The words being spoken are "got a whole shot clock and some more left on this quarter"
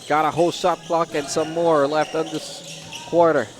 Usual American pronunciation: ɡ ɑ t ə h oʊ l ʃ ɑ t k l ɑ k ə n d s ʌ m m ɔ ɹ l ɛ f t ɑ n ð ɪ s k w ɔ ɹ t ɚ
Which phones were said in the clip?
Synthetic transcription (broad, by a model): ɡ ɑ t ə h oʊ l s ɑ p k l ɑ k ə n s ʌ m m ɔ ɹ l ɛ f t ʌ n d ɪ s k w ɔ ɹ t ɚ